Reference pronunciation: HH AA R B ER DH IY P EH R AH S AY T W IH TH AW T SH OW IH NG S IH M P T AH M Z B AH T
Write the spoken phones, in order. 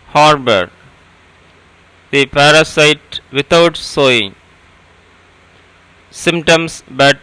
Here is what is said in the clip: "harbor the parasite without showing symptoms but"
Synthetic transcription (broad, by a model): HH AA R B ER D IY P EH R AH S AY T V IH T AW T S OW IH NG S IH M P T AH M S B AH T